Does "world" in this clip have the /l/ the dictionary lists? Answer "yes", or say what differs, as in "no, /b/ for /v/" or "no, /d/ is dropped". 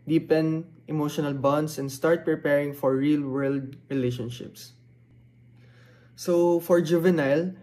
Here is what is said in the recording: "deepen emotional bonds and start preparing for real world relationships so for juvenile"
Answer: yes